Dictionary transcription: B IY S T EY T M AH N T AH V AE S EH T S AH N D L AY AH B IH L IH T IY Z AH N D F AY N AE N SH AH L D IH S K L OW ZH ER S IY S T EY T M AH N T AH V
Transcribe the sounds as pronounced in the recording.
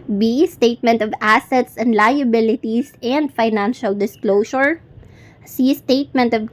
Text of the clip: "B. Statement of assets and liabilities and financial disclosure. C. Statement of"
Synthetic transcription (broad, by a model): B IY S T EY T M AH N T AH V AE S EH T S AH N D L AY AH B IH L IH T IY S AH N D F AY N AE N SH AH L D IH S K L OW S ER S IY S T EY T M AH N T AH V